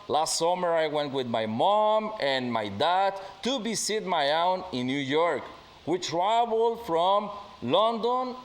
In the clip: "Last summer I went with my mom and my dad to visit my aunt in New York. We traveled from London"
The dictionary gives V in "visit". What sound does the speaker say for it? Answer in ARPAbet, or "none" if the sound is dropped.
B